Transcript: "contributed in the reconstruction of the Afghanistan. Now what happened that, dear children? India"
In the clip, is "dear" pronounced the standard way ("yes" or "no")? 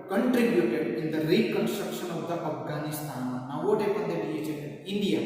no